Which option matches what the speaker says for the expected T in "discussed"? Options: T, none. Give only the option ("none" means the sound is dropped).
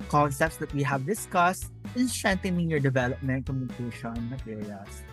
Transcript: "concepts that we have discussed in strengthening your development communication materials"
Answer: T